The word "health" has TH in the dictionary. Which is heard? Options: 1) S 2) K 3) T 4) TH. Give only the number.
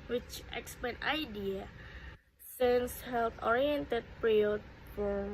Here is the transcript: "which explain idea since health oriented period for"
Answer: 3